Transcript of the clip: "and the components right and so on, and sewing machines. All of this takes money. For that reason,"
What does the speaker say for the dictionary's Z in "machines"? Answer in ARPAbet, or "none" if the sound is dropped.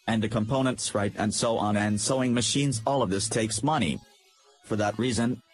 Z